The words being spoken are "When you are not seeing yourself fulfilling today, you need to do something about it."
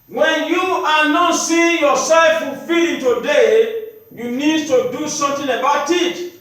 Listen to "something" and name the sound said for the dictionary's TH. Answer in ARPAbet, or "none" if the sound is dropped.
T